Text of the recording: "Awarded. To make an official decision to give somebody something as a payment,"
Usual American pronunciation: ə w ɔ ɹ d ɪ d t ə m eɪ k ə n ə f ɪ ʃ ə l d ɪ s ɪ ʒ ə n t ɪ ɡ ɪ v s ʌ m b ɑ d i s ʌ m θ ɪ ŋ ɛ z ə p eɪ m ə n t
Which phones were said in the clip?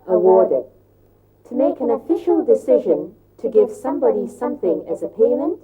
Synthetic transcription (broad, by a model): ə w ɔ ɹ d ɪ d t ə m eɪ k ə n ə f ɪ ʃ ə l d ɪ s ɪ ʒ ə n t ɪ ɡ ɪ v s ʌ m b ɑ d i s ʌ m θ ɪ ŋ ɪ z ə p eɪ m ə n t